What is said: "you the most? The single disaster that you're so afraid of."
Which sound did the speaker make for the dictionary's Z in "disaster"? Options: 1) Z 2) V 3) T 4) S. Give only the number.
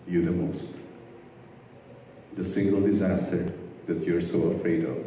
1